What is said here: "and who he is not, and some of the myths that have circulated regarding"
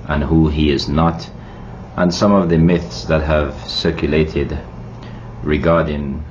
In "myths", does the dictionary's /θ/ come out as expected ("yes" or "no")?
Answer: yes